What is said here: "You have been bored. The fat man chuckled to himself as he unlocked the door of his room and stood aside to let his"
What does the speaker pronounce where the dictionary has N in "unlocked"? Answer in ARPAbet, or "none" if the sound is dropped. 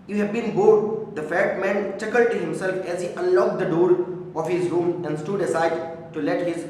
none